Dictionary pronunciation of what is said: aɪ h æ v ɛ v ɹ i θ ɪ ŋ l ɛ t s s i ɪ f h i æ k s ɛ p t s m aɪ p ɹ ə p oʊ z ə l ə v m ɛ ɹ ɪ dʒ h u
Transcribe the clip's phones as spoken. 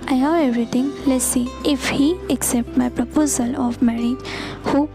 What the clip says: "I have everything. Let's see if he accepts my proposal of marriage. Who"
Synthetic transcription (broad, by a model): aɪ h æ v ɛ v ɹ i t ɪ ŋ l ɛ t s s i ɪ f h i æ k s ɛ p t m aɪ p ɹ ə p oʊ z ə l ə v m ɛ ɹ ɪ dʒ h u